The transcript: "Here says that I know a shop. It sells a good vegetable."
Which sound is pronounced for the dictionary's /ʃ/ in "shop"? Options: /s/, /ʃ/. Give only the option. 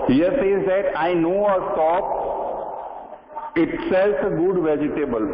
/s/